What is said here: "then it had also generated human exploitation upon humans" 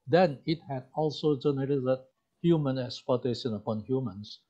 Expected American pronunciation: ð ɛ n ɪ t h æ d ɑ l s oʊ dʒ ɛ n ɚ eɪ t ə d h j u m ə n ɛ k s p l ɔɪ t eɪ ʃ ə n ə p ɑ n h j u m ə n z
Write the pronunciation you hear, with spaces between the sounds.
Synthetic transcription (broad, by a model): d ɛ n ɪ t h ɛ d ɑ l s oʊ dʒ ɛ n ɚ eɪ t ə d h j u m ə n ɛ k s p ɔɪ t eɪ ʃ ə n ə p ɑ n h j u m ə n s